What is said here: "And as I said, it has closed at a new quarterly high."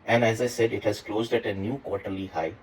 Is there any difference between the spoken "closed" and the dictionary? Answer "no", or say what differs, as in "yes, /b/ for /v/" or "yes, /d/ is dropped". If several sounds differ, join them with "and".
no